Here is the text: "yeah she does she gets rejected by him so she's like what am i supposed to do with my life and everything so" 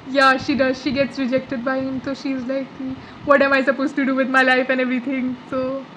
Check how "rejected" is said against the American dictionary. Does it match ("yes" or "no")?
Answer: yes